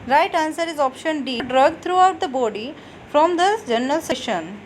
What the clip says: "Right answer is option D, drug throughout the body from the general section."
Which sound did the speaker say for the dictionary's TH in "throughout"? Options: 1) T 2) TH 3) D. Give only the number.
1